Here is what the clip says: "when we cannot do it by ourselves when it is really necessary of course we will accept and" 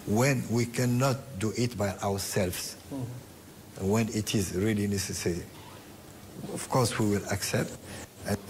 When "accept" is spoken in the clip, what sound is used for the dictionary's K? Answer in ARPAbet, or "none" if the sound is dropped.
K